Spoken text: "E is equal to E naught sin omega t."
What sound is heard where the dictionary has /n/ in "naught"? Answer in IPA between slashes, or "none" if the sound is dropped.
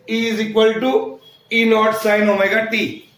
/l/